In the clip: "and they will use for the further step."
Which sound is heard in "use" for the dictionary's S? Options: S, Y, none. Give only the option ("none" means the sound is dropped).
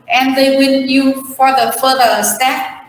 none